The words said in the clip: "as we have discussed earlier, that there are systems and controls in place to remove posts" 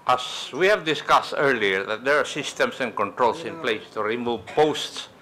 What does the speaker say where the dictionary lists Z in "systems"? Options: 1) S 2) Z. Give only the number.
1